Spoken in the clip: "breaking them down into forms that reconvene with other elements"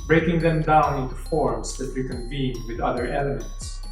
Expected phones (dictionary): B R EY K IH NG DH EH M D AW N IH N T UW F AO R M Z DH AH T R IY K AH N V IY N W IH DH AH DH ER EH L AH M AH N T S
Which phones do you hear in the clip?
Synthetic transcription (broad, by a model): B R EY K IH NG DH EH M D AW N IH N T UW F AO R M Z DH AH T W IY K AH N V IY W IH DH AH DH ER EH L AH M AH N T S